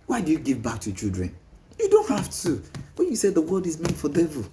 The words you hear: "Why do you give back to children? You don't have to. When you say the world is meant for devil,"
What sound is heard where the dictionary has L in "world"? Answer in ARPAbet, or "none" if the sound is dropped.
none